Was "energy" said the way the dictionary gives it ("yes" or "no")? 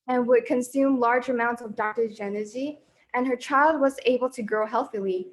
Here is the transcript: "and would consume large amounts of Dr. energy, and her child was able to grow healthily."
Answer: no